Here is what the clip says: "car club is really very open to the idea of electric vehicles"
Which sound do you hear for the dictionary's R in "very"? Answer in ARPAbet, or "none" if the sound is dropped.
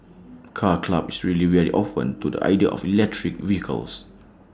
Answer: L